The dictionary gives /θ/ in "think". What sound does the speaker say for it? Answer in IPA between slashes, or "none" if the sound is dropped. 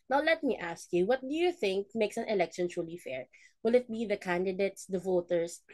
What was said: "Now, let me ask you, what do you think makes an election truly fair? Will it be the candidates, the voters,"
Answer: /θ/